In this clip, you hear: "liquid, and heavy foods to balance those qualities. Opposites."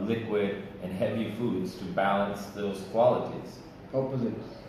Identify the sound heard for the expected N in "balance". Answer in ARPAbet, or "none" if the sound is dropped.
N